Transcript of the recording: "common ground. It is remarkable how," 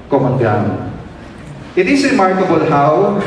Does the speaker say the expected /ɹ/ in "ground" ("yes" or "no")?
no